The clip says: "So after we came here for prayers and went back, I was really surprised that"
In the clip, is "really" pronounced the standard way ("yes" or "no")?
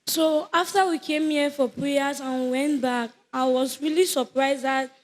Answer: yes